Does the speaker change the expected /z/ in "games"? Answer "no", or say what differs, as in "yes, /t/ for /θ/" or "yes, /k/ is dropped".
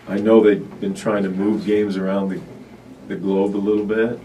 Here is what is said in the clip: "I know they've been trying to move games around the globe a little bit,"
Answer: no